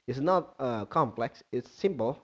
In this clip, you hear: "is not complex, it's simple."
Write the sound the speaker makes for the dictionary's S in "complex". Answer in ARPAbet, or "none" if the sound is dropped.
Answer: S